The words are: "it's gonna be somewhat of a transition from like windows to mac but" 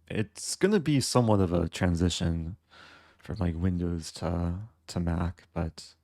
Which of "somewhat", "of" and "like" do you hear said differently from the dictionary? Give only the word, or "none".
none